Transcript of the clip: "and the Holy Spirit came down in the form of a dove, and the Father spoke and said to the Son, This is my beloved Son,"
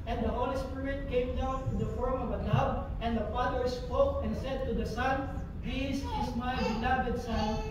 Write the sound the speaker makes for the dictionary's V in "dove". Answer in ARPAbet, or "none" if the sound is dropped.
B